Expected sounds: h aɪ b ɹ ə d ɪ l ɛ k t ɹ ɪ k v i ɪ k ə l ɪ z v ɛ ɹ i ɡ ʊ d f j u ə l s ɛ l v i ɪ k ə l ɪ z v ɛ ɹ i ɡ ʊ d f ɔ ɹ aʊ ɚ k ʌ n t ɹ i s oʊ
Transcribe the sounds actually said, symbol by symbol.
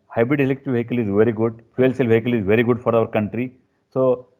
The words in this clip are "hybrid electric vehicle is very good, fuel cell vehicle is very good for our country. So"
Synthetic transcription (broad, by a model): h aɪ b ɹ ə d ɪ l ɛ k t ɪ v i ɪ k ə l ɪ z v ɛ ɹ i ɡ ʊ d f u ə l s ɛ l v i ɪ k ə l ɪ z v ɛ ɹ i ɡ ʊ d f ɔ ɹ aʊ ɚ k ʌ n t ɹ i s oʊ